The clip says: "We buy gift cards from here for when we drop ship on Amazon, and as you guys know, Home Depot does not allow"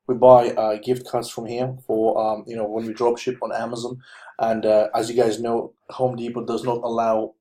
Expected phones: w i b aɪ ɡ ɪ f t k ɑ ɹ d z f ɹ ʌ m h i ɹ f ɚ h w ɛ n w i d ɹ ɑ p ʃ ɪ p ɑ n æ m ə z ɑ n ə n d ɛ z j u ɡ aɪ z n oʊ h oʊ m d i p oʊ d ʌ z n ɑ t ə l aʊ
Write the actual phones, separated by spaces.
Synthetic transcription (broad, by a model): w i b aɪ ɡ ɪ f t k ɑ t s f ɹ ʌ m h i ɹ f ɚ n w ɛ n w i d ɹ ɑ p ʃ ɪ p n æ m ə z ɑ n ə n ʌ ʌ z j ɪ ɡ aɪ z n oʊ h oʊ m d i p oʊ d ʌ z n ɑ t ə l aʊ